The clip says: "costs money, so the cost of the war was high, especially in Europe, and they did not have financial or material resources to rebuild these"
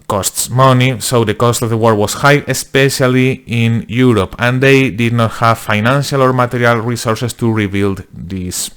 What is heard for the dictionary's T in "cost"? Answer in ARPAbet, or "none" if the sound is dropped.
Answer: T